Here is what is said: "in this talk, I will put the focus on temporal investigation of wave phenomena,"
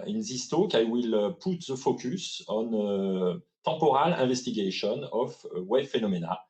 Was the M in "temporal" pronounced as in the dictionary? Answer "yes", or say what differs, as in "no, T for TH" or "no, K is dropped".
no, M is dropped